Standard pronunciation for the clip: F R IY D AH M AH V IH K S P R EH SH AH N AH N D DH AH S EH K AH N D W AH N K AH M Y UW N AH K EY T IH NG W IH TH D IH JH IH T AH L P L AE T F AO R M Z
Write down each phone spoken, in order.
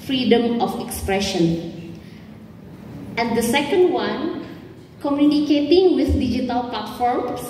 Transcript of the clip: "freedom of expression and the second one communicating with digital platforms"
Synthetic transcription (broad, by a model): F R IY D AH M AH F IH K S P R EH SH AH N AH N D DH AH S EH K AH N D W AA N K AH M Y UW N AH K EY T IH NG W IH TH D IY JH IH T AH L P L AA T F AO R M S